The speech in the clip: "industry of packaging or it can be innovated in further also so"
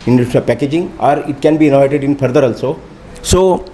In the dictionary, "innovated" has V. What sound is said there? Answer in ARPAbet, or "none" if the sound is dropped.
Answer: none